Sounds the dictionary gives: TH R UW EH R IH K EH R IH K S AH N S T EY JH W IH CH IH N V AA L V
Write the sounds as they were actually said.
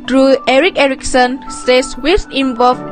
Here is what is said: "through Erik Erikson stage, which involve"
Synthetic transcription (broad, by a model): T R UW EH R IH K EH R IH K S AH N S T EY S W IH S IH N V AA L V